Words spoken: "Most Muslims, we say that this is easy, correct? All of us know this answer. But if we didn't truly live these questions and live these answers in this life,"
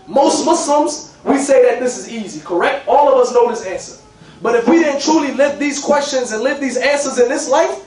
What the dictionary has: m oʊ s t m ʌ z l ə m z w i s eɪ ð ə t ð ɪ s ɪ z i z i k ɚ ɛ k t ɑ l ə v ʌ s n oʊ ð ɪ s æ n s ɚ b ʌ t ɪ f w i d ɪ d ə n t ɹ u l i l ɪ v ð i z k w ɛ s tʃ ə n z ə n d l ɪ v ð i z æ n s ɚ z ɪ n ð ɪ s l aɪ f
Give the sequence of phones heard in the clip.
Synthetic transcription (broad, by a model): m oʊ s t m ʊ s l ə m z w i s eɪ ð ə t ð ɪ s ɪ z i z i k ɚ ɛ k t ɑ l ə v ʌ s n oʊ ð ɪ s æ n s ɚ b ʌ t ɪ f w i d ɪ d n t ɹ u l i l ɪ v ð i z k w ɛ s tʃ ə n z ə n l ɪ v ð i z æ n s ɚ z ɪ n ð ɪ s l aɪ f